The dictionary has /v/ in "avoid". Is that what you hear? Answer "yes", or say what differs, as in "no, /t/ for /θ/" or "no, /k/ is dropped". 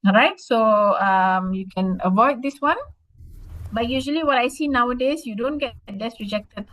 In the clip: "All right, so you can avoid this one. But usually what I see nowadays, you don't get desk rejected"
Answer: yes